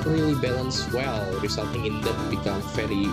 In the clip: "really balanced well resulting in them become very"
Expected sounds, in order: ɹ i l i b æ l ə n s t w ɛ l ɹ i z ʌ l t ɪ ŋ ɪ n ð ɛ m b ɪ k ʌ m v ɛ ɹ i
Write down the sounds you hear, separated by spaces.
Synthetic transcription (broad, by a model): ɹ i l i b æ l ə n s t w ɛ l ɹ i s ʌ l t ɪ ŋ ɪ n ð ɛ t b ɪ k ʌ m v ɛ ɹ i